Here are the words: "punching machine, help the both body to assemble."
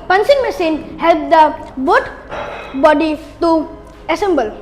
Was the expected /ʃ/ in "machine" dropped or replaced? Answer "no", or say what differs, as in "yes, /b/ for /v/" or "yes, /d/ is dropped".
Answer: yes, /s/ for /ʃ/